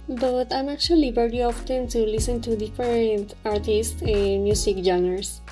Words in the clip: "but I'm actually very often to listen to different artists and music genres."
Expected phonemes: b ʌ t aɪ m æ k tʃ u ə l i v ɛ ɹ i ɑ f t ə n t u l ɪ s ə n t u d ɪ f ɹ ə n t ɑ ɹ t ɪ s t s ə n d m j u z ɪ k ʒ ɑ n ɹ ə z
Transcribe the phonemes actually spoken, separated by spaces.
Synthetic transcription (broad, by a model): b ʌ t aɪ m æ k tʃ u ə l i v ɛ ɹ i ɑ f t ə n t u l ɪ s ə n t u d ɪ f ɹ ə n t ɑ ɹ t ɪ s t s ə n m j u s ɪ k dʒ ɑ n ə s